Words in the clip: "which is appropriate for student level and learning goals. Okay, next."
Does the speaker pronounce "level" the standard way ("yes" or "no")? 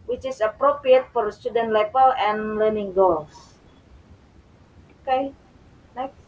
no